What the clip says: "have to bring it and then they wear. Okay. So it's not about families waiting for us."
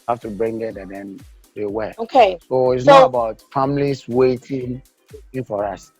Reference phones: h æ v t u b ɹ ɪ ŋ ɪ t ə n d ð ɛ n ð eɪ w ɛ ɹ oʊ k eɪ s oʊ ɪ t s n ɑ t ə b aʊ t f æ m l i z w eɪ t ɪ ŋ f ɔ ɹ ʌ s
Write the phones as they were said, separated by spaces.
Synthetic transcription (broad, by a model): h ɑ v t u b ɹ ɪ ŋ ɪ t ə n d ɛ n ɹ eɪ w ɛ l oʊ k eɪ s oʊ ɪ t s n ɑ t ə b aʊ t f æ m l i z w eɪ t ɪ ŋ f ɔ ɹ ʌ s